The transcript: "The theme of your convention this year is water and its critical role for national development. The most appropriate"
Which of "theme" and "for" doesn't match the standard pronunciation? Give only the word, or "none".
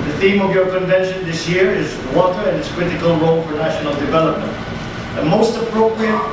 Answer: none